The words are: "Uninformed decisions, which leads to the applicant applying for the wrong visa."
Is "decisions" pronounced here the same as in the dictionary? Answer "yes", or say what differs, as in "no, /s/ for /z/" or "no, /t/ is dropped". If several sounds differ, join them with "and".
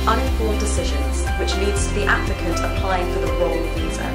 yes